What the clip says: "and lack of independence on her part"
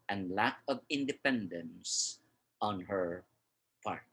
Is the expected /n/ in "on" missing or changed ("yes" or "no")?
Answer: no